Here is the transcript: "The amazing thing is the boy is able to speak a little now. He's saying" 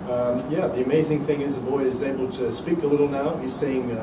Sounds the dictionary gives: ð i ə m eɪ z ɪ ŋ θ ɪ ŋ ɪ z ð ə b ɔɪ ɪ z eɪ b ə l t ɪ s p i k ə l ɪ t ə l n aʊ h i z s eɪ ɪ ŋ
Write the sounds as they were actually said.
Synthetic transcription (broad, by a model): ð i ə m eɪ z ɪ ŋ θ ɪ ŋ ɪ z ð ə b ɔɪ ɪ z eɪ b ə l t ɪ s p i k ə l ɪ t l n aʊ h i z s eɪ ɪ ŋ